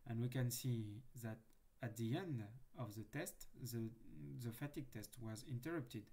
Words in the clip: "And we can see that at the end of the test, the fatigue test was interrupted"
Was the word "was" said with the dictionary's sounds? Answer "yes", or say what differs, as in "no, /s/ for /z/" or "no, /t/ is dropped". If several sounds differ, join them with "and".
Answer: yes